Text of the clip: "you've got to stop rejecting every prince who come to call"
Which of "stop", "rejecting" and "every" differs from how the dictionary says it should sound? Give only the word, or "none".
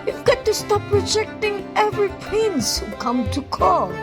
none